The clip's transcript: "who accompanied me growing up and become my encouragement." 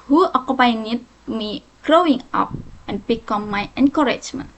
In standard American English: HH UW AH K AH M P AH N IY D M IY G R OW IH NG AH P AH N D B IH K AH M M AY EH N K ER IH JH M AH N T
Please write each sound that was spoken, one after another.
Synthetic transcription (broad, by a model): HH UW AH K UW P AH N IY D M IY G R OW IH NG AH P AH N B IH K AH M M AY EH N K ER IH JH M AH N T